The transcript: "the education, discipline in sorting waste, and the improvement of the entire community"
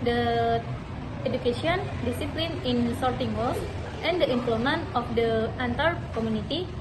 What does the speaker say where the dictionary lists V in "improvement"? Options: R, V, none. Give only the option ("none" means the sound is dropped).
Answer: none